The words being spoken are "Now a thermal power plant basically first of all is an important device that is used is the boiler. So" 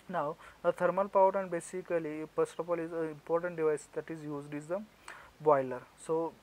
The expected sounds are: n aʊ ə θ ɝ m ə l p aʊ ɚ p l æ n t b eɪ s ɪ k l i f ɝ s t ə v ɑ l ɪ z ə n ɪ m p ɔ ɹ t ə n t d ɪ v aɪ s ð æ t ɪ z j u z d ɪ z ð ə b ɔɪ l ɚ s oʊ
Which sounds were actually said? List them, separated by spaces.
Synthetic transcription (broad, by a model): n aʊ ə t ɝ m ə l p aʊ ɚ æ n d b eɪ s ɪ k l i p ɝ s t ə p ɑ l ɪ z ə ɪ m p ɔ ɹ t ə n t d ɪ v aɪ s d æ t ɪ z j u z d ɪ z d ə b ɔɪ l ɚ s oʊ